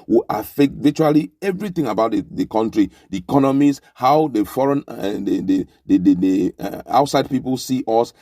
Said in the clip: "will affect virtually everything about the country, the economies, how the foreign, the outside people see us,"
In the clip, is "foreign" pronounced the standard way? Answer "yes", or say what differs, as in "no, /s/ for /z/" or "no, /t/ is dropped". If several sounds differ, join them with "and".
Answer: yes